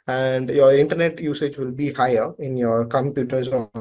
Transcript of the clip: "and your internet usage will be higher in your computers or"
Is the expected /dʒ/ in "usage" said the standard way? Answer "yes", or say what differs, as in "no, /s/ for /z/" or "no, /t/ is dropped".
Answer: yes